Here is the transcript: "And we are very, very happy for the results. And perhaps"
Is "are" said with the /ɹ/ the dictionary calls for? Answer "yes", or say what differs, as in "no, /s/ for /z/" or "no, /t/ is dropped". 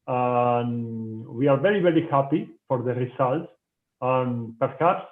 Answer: yes